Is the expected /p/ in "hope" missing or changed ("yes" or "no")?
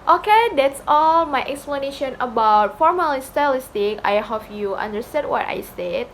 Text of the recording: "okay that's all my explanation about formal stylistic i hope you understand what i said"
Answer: yes